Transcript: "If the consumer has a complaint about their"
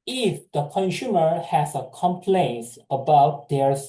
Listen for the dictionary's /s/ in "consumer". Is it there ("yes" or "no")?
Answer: no